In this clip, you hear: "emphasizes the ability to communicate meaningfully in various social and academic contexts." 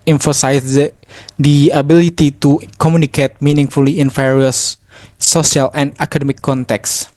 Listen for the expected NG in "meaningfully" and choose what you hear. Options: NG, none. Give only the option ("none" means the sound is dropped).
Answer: NG